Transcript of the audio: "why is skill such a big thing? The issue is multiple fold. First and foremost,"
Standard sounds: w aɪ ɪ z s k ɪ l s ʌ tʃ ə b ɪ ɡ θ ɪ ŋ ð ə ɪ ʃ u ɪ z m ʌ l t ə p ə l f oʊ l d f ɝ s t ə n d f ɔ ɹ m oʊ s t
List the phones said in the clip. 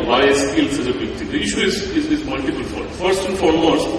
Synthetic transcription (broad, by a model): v aɪ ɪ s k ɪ l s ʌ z ə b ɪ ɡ t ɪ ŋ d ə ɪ ʃ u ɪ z m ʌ l t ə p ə l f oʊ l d f ɝ s t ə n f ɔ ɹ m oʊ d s